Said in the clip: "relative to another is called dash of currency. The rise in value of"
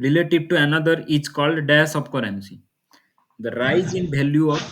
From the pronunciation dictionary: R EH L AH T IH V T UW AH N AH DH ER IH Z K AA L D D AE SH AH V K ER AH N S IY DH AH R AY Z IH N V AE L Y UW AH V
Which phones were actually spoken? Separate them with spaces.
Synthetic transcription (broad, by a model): R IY L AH T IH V T UW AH N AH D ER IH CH K AA L D D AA S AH B K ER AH N S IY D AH R AY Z IH N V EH L Y UW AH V